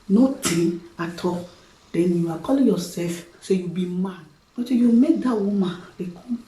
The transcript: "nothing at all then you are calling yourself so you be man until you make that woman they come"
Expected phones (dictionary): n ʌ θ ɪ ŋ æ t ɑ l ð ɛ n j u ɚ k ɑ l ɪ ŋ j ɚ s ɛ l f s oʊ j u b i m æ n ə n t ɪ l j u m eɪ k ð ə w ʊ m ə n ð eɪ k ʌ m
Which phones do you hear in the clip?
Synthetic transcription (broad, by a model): n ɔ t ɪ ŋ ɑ t ɑ l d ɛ n j u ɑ k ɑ l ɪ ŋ j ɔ s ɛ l f s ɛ j u b i m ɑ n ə t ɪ j u m eɪ k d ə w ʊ m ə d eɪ k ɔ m